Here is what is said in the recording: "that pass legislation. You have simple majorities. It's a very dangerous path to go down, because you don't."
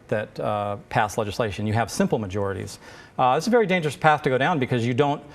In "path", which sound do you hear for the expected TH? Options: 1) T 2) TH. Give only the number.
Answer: 2